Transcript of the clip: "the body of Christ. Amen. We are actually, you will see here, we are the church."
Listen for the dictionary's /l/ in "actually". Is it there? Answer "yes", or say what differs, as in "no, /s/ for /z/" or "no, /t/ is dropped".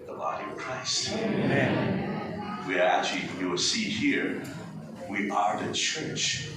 no, /l/ is dropped